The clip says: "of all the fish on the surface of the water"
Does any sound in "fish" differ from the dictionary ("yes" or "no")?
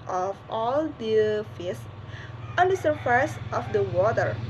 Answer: yes